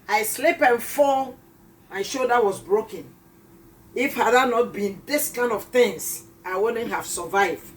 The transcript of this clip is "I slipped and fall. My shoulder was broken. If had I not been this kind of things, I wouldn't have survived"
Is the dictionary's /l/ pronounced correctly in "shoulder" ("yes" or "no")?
no